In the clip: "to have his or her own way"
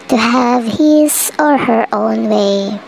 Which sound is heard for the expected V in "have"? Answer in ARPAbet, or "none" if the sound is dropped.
V